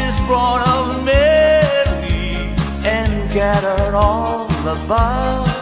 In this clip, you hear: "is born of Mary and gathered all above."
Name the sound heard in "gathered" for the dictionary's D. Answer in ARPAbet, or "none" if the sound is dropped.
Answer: none